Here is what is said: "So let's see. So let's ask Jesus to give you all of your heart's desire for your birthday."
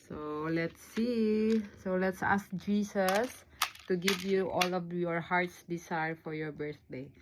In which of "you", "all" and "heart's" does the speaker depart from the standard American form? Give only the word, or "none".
none